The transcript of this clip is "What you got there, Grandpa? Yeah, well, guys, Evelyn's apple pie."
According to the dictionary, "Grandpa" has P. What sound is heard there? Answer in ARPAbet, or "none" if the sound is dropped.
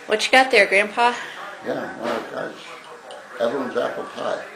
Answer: P